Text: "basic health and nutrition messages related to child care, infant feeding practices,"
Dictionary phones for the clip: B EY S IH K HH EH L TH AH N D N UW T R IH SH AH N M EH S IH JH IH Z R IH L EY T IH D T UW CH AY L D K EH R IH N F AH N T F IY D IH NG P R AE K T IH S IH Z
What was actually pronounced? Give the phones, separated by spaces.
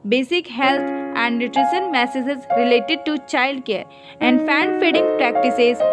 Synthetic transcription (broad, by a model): B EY S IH K HH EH L T AH N D N UW T R IH SH AH N M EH S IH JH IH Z R IH L EY T IH D T UW CH AY L D K EH R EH N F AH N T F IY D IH NG P R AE K T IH S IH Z